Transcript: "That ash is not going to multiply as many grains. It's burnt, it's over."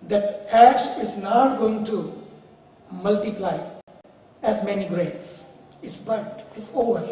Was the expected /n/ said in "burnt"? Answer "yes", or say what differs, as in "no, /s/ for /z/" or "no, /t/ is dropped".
no, /n/ is dropped